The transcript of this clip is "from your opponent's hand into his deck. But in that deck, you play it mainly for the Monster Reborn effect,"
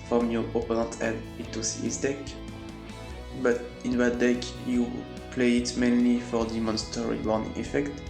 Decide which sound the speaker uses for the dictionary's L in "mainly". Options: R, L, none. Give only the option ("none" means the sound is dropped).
L